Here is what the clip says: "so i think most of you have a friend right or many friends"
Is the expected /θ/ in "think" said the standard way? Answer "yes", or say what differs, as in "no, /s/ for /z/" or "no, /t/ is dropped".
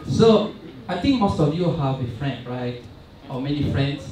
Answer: no, /t/ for /θ/